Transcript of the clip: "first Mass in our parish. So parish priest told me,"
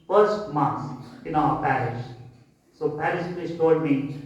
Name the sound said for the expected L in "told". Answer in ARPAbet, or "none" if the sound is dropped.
none